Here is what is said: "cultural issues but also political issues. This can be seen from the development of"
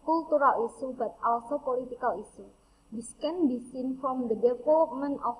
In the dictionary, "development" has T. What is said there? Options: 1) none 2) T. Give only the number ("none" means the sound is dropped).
1